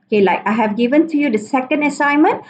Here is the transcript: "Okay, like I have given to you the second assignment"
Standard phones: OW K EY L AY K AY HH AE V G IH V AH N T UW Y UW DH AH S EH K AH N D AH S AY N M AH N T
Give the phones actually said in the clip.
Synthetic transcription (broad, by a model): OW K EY L AY K AY HH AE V G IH V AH N T UW Y UW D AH S EH K AH N D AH S AY N M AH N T